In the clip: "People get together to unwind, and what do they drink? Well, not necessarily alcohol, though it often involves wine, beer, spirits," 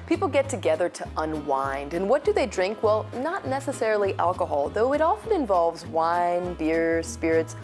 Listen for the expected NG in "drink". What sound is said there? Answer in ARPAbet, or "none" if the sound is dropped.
NG